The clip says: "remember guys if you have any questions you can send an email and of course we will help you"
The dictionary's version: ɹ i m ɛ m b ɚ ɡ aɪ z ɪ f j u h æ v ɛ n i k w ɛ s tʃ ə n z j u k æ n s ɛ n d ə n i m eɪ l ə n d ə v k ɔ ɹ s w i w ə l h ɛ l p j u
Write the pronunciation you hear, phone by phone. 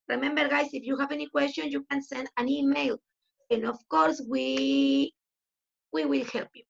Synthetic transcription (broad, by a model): ɹ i m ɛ m b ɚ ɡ aɪ s ɪ f j u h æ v ɛ n i k w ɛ s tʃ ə n j u k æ n s ɛ n d ə n i m eɪ l ə n d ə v k ɔ ɹ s w i w ə l h ɛ l p j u